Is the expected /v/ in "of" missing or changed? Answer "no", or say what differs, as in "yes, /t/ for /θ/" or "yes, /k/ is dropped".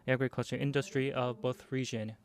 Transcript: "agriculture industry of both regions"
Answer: no